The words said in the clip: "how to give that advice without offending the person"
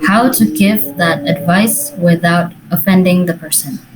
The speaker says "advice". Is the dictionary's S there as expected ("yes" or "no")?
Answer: yes